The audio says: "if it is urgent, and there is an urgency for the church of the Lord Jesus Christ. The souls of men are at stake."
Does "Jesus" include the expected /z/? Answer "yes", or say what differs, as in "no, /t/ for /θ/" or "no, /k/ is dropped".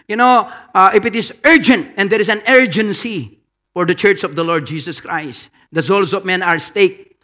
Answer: no, /s/ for /z/